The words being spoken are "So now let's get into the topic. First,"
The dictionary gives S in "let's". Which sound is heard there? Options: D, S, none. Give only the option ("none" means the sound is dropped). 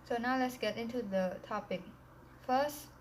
S